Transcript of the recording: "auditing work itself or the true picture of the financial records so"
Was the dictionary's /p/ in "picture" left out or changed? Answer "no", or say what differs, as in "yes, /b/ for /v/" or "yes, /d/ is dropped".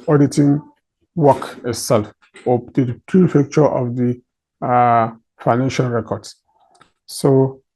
yes, /f/ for /p/